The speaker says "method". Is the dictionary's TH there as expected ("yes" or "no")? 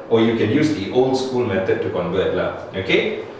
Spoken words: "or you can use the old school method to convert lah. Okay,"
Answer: no